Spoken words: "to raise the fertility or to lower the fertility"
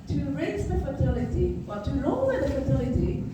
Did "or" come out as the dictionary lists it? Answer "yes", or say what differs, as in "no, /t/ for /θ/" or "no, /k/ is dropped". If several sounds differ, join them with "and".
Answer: no, /l/ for /ɹ/